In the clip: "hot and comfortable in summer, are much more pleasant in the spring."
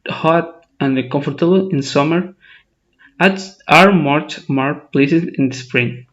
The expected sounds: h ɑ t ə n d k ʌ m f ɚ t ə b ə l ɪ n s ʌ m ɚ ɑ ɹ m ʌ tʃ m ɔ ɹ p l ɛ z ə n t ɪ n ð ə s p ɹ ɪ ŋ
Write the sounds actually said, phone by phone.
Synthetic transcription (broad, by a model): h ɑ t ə n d k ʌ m f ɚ t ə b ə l ɪ n s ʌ m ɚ ɑ ɹ m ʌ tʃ m ɔ ɹ p l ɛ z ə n ɪ n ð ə s p ɹ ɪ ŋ